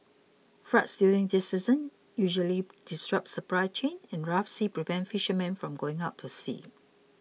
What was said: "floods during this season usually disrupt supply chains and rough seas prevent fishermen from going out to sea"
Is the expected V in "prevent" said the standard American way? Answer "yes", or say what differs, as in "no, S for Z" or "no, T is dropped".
no, P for V